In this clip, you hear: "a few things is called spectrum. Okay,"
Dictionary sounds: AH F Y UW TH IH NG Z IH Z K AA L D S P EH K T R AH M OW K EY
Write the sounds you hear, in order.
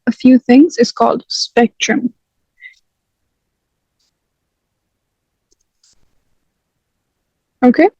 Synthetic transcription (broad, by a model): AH F Y UW TH IH NG Z IH Z K AA L D S P EH K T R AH M OW K EY